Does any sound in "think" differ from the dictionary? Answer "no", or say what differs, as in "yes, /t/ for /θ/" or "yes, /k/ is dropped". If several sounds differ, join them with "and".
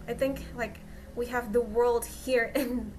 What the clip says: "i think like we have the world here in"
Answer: no